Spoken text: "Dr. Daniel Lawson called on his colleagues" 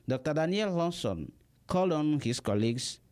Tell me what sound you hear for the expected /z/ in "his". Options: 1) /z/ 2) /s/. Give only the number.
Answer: 2